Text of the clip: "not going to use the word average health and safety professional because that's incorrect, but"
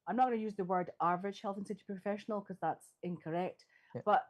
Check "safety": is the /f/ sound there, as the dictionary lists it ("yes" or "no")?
no